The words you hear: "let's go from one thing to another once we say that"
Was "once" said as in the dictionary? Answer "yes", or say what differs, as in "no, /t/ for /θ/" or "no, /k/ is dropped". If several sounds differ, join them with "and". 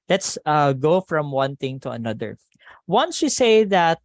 yes